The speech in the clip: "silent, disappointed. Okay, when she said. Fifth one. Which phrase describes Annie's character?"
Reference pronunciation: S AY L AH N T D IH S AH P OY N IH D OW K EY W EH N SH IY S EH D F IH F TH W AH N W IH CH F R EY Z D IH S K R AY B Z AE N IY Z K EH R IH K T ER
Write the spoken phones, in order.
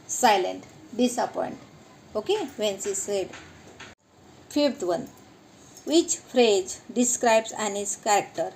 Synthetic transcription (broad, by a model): S AY L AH N T D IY S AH P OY N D OW K EY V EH N S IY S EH D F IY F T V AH N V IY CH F R EY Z D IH S K R AY B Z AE N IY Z K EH R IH K T ER